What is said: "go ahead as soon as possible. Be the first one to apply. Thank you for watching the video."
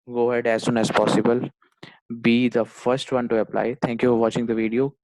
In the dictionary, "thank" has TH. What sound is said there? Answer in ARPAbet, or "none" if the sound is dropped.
T